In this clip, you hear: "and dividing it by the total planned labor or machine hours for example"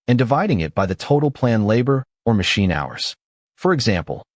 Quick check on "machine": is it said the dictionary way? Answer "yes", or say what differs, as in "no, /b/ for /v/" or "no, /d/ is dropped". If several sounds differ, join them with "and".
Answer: yes